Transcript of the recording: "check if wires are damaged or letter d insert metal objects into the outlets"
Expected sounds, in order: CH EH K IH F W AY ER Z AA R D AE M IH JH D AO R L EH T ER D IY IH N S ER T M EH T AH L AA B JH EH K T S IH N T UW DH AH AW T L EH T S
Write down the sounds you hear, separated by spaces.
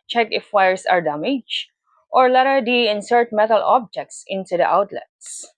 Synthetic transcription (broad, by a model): CH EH K IH F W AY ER S AA R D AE M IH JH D AO R L EH T ER D IY IH N S ER T M EH T AH L AA B JH EH K T S IH N T UW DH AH AW T L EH T S